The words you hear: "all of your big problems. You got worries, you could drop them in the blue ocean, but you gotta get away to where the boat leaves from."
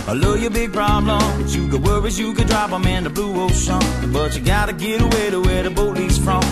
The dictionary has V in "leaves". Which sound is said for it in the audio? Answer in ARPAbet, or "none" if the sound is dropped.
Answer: none